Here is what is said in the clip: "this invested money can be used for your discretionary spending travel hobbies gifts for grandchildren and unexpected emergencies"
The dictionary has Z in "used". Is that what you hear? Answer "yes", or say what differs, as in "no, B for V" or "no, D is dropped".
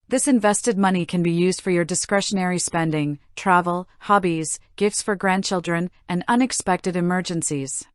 yes